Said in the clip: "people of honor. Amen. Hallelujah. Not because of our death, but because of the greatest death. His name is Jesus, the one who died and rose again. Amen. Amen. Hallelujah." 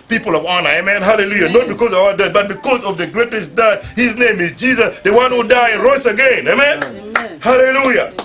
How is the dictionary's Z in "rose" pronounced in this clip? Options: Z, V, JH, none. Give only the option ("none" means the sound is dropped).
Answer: none